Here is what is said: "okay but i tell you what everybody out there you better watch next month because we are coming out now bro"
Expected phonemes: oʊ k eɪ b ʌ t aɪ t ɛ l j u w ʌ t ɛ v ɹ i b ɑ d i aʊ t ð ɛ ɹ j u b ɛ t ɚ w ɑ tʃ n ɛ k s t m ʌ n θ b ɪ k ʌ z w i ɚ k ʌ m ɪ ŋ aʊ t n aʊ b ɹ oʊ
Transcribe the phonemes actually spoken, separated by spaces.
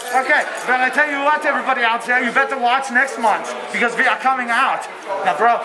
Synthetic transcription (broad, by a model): oʊ k eɪ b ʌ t aɪ t ɛ l j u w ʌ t ɛ v ɹ i b ɑ d i aʊ t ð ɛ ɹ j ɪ b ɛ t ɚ w ɑ tʃ n ɛ k s t m ʌ n θ b ɪ k ʌ z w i ɚ k ʌ m ɪ ŋ aʊ t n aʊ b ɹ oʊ